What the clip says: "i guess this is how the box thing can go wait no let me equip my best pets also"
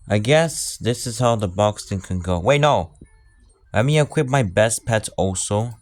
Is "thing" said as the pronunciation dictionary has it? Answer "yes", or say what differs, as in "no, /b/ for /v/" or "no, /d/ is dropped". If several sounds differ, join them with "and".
no, /t/ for /θ/